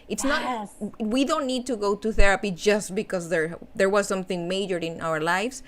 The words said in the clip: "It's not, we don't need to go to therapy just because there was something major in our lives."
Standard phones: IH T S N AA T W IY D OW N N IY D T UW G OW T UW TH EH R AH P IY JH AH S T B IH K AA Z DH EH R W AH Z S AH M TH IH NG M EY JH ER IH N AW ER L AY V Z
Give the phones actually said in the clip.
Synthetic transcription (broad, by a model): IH T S N AA T W IY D OW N N IY D T UW G OW T UW TH EH R AH P IY JH AH S T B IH K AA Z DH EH R W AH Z S AH M TH IH NG M EY JH ER IH N AW ER L AY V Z